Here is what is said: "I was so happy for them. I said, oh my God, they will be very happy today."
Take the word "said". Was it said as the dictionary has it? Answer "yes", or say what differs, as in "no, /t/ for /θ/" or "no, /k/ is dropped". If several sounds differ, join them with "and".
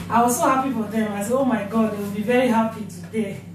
no, /d/ is dropped